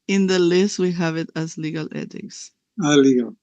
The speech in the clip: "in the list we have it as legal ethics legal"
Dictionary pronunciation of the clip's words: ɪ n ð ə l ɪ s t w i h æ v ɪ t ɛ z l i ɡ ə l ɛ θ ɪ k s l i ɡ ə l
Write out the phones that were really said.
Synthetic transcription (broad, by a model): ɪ n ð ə l ɪ s t w i h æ v ɪ t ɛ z l i ɡ ə l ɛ t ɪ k s l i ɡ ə l